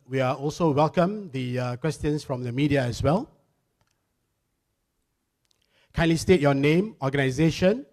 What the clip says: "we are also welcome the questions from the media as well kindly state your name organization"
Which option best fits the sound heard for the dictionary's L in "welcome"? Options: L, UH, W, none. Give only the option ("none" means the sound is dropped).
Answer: L